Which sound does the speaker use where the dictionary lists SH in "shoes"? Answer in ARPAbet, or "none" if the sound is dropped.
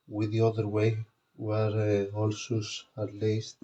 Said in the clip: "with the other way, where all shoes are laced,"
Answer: S